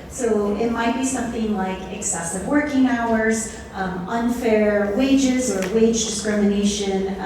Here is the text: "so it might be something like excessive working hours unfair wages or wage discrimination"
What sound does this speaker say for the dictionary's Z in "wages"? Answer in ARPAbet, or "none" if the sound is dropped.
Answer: Z